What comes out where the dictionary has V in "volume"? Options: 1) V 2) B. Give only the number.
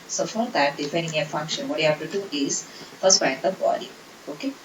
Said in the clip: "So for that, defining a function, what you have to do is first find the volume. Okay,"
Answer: 2